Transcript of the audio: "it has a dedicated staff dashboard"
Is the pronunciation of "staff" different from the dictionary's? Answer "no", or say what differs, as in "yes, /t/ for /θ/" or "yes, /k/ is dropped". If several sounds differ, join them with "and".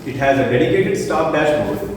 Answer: yes, /p/ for /f/